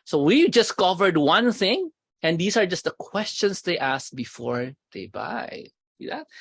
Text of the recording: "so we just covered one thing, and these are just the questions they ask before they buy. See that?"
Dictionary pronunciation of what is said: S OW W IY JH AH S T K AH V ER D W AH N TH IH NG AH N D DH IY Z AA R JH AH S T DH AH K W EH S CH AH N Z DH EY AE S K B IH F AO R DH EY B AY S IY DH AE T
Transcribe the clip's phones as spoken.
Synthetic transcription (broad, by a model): S OW W IY JH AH S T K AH V ER D W AH N TH IH NG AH N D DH IY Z AA R JH AH S T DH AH K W EH S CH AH N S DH EY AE S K B IH F AO R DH EY B AY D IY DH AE T